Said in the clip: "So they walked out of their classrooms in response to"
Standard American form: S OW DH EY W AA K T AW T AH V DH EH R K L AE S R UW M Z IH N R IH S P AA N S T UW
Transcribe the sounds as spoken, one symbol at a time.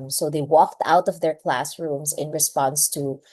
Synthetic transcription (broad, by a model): S OW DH EY W AA K T AW T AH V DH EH R K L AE S R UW M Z IH N R IH S P AA N S T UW